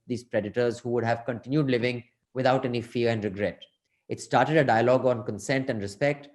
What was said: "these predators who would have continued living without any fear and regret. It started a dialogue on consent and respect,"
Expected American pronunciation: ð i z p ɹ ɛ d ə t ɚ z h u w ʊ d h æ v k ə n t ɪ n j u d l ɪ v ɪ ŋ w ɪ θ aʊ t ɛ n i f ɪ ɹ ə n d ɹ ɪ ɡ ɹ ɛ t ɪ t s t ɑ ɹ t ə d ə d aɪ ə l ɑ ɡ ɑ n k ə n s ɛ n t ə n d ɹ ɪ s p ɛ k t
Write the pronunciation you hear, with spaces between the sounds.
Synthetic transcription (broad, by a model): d i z p ɹ ɛ d ə t ɚ z h u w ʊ d h æ v k ə n t ɪ n j u d l ɪ v ɪ ŋ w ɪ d aʊ t ɛ n i f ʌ ɹ ə n d ɹ ɪ ɡ ɹ ɛ t ɪ t s t ɑ ɹ t ə d ə d aɪ ə l ɑ ɡ ɑ n k ə n s ɛ n t ə n d ɹ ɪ s p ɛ k t